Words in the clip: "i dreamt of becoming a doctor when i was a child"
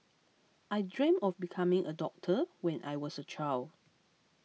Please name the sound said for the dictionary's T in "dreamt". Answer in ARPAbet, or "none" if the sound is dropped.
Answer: none